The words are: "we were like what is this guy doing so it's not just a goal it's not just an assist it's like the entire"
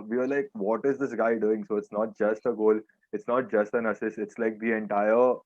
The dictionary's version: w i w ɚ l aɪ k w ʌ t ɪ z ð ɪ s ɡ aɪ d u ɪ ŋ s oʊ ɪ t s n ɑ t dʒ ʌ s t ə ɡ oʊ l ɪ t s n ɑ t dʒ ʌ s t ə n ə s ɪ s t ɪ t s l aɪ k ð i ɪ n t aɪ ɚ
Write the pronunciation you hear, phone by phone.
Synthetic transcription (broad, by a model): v i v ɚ l aɪ k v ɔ t ɪ z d ɪ s ɡ aɪ d u ɪ ŋ s oʊ ɪ t s n ɑ t dʒ ʌ s t ə ɡ oʊ l ɪ t s n ɑ t dʒ ʌ s t ə n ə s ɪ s ɪ t s l aɪ k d i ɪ n t aɪ ɚ